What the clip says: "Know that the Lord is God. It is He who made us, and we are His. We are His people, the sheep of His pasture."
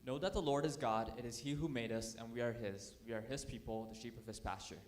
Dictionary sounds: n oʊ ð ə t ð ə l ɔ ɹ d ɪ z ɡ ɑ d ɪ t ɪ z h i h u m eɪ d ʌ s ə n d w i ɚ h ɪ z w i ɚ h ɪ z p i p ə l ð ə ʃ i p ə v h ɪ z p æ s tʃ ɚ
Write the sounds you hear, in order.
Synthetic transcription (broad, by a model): n oʊ ð ə t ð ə l ɔ ɹ d ɪ z ɡ ɑ d ɪ t ɪ z h i h u m eɪ d ʌ s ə n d w i ɚ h ɪ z w i ɚ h ɪ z p i p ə l ð ə ʃ i p ə v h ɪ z p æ s tʃ ɚ